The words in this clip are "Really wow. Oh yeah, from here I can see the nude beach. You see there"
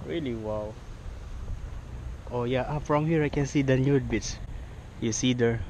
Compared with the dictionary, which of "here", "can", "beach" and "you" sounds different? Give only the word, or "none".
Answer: beach